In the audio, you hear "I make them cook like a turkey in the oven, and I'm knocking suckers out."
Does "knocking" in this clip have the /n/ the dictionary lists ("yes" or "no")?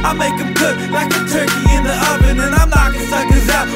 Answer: no